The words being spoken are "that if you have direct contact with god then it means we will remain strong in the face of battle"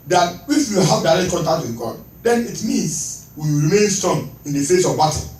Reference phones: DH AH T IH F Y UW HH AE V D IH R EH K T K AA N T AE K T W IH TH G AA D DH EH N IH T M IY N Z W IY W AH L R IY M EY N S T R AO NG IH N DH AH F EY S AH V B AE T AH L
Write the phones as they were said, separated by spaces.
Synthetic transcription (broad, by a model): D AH T IH F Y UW HH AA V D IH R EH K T K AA N T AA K T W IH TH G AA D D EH N IH T M IY N S W IY R IY M EY N S T AO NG IH N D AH F EY S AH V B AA T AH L